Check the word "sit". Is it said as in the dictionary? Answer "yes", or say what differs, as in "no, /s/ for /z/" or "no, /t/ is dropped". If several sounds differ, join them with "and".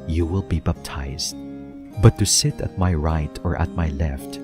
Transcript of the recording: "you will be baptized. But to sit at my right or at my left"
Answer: yes